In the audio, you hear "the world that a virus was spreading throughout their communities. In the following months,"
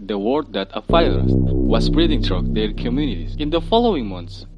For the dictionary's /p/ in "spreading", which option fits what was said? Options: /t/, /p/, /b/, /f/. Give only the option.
/b/